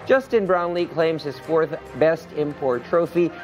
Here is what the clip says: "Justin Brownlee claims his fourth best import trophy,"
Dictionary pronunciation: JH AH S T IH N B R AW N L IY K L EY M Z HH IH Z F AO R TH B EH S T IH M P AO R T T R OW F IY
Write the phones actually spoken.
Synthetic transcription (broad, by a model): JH AH S T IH N B R AW N L IY K L EY M Z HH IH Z F AO R TH B EH S T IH M P AO R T T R OW F IY